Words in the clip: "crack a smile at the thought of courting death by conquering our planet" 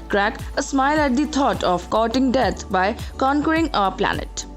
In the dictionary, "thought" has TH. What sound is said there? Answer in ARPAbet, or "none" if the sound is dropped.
T